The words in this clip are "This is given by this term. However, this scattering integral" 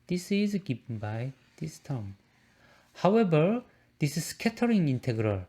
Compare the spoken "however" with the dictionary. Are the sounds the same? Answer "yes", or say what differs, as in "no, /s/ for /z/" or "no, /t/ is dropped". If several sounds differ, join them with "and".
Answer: no, /b/ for /v/